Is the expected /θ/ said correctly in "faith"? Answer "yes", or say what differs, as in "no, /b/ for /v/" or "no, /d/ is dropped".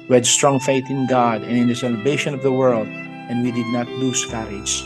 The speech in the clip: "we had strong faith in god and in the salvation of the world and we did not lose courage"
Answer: yes